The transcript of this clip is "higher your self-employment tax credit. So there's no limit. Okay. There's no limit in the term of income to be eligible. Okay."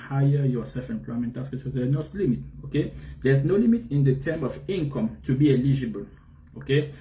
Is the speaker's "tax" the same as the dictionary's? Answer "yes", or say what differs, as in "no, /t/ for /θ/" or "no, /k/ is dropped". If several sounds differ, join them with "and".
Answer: no, /k/ is dropped